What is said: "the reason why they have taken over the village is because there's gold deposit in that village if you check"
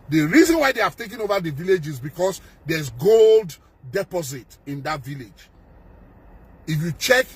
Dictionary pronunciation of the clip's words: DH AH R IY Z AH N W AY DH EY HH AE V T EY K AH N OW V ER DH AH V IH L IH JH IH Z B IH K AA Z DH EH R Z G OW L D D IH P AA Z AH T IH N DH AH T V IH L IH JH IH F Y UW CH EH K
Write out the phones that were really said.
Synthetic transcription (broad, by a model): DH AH R IY Z AH N W AY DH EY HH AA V T EY K AH N OW V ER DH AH V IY L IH JH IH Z B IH K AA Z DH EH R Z G OW L D D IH P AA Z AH T IH N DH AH T V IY L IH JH IH F Y UW CH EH K